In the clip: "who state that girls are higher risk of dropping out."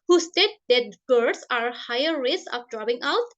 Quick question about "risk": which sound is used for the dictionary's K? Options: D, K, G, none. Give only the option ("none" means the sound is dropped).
none